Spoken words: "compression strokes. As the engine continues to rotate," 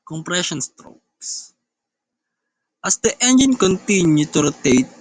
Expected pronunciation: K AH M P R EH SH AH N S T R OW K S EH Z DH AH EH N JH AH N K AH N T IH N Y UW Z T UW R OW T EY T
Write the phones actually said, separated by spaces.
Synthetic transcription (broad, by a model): K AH M P R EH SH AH N S T R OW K S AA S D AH EH N JH AH N K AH N T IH N Y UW T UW R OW T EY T